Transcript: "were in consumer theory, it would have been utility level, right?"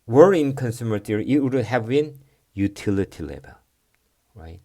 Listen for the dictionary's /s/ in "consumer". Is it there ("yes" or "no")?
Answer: yes